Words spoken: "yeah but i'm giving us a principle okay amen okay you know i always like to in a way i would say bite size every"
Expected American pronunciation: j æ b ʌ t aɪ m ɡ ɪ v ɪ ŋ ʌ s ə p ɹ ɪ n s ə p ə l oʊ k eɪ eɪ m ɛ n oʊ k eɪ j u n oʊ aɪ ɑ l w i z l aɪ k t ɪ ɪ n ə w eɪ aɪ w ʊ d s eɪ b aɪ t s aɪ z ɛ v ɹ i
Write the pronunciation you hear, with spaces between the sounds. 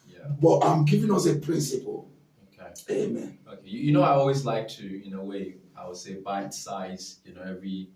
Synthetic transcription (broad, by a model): j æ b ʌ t aɪ m ɡ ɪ v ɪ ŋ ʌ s ə p ɹ ɪ n s ə p ə l oʊ k eɪ eɪ m ɛ n oʊ k eɪ j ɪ n oʊ aɪ ɑ l w i z l aɪ k t ɪ ɪ n ə w eɪ aɪ w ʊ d s eɪ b aɪ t s aɪ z ɛ v ɹ i